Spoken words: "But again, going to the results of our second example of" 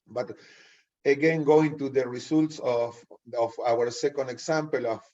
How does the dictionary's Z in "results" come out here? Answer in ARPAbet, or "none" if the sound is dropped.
S